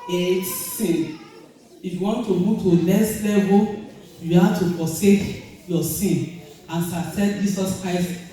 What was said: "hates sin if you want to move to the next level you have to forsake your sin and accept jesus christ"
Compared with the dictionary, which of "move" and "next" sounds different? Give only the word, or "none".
next